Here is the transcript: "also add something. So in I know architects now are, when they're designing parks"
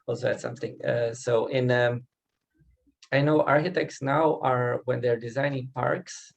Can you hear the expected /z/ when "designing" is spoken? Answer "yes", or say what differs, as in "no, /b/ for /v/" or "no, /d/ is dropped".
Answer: yes